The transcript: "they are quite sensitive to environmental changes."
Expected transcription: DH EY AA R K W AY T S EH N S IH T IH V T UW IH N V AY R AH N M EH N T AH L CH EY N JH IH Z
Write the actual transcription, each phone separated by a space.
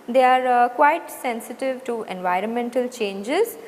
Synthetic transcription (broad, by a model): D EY AA R K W AY T S EH N S IH T IH V T UW IH N V AY R AH N M EH N T AH L CH EY N JH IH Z